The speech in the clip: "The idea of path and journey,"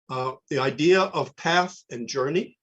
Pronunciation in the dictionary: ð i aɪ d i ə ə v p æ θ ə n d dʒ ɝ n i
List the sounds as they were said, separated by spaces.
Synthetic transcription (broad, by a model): ð i aɪ d i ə ə v p æ θ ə n dʒ ɝ n i